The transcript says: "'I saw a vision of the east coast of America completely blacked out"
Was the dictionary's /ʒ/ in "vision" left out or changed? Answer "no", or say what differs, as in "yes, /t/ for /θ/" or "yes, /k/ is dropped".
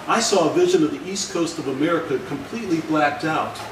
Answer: no